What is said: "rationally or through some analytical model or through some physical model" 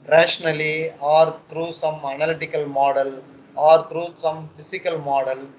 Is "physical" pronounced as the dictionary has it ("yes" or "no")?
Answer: no